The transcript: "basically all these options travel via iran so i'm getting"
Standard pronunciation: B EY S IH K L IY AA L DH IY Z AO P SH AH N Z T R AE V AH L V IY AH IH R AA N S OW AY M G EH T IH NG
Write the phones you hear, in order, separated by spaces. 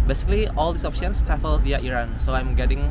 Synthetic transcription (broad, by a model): B EY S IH K L IY AA L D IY S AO P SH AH N S T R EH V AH L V IY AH IH R AA N S OW AY M G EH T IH NG